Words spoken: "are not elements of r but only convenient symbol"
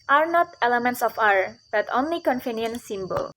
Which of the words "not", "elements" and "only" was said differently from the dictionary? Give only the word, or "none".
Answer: none